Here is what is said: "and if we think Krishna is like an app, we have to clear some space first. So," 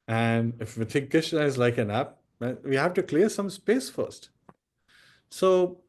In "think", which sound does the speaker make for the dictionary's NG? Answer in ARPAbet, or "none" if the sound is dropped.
none